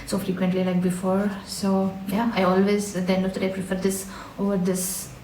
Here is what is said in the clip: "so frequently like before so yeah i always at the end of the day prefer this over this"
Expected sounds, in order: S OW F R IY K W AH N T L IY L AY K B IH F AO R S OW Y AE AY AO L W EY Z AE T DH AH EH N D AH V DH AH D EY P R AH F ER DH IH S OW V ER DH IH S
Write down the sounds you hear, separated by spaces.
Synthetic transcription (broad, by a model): S OW F R IY K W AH N T L IY L AY K B IH F AO R S OW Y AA AY AO L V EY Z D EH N AH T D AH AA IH P R AH F ER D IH S OW V ER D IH S